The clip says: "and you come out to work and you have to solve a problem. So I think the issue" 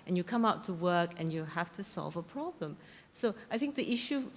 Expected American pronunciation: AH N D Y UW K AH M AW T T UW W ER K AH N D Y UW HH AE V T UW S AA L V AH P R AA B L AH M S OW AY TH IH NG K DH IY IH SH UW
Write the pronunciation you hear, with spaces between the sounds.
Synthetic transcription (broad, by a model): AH N Y UW K AH M AW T T UW W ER K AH N Y UW HH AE F T UW S AA L V AH P R AA B L AH M S OW AY TH IH NG K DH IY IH SH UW